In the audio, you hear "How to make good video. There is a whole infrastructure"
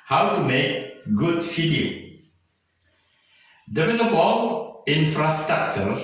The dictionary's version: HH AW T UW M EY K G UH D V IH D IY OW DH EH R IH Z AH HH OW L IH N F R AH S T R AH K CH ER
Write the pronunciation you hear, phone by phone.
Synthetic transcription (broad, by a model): HH AW T UW M EY K G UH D F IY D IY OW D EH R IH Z AH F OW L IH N F R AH S T R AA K CH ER